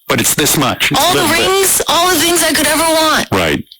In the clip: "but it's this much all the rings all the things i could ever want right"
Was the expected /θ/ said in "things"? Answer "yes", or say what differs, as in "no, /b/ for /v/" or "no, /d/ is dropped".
yes